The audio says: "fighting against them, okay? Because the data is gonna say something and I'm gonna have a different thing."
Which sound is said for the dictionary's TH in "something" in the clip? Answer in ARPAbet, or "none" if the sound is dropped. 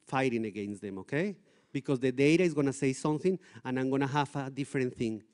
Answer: TH